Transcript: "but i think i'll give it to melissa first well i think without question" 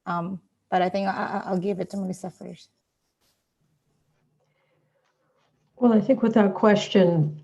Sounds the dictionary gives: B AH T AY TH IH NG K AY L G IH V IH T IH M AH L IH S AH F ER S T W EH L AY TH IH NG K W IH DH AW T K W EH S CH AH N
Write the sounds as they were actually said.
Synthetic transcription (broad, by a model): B AH T AY TH IH NG K AY L G IH V IH T IH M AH N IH S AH F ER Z W EH L AY TH IH NG K W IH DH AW T K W EH S CH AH N